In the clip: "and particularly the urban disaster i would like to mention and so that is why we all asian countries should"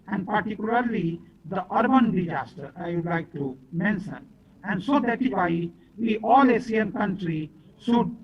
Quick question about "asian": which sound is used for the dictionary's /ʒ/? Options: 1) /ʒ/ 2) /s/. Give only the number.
2